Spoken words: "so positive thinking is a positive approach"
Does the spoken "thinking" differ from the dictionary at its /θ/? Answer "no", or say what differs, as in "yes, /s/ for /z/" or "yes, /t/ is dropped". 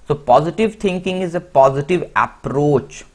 yes, /t/ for /θ/